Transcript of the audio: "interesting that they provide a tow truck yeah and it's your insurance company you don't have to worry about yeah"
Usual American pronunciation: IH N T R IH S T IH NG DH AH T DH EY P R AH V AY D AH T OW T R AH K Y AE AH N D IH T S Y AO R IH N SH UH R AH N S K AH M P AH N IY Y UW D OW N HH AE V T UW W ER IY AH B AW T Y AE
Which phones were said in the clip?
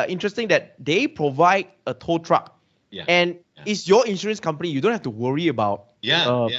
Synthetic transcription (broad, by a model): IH N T R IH S T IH NG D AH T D EY P R AH V AY D AH T OW T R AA K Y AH N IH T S Y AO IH N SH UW R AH N S K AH M P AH N IY Y UW D OW N HH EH F T UW W ER IY AH B AW T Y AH